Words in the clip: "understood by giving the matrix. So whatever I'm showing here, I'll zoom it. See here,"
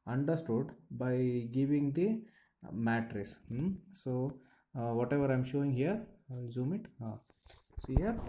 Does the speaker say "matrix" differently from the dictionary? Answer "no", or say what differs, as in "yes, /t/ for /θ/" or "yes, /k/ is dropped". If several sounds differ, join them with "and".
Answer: yes, /k/ is dropped